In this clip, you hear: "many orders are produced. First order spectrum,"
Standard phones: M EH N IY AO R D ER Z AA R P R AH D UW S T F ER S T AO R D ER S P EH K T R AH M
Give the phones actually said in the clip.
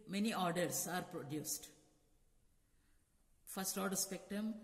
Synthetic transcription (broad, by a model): M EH N IY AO R D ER S AA R P R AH D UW S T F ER S T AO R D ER S P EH K T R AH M